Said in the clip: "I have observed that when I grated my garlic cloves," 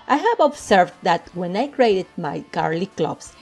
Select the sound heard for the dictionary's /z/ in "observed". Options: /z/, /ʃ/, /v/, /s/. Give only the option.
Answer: /s/